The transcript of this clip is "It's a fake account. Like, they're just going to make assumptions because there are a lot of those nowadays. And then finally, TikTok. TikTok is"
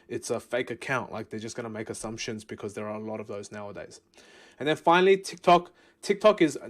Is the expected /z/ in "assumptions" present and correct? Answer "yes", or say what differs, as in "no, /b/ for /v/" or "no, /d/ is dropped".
yes